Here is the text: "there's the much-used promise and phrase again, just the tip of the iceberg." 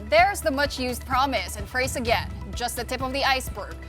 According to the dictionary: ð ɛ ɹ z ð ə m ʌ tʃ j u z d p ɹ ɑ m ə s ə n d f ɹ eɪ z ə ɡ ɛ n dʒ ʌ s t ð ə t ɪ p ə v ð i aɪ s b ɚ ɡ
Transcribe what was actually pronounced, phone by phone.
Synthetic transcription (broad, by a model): ð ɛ ɹ z ð ə m ʌ tʃ j u z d p ɹ ɑ m ə s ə n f ɹ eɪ s ə ɡ ɛ n dʒ ʌ s t ð ə t ɪ p ə v ð i aɪ s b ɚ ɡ